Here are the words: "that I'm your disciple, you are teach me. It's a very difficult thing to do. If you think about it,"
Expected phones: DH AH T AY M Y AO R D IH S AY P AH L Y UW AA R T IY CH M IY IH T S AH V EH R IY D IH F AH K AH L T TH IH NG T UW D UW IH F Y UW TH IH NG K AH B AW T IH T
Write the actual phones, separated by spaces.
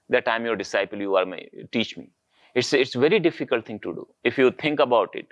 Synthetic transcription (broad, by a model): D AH T AY M Y AO R D IH S AY P AH L Y UW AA R T IY CH M IY IH T S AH V EH R IY D IH F AH K AH L T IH NG T UW D UW IH F Y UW T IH NG K AH B AW T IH T